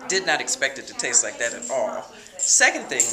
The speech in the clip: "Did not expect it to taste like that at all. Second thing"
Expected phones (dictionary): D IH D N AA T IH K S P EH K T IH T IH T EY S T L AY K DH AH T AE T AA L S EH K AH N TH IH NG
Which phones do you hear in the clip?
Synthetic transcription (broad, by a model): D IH D N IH T IH K S P EH K T IH T IH T EY S T L AY K DH AH T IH T AA L S EH K AH N TH IH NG